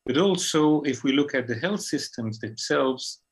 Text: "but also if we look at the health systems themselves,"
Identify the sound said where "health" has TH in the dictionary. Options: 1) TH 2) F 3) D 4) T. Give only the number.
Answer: 1